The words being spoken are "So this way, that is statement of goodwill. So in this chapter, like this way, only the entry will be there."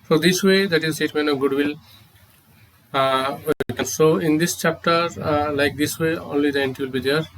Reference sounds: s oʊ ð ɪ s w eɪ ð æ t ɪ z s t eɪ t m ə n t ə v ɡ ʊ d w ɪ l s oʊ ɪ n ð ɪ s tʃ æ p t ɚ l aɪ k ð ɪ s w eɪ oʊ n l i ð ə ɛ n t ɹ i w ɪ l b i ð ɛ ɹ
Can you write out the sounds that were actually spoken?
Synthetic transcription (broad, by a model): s oʊ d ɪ s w eɪ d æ t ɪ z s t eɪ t m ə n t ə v ɡ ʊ d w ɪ l s oʊ ɪ n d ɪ s tʃ æ p t ɚ l aɪ k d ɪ s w eɪ oʊ n l i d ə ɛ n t i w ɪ l b i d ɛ ɹ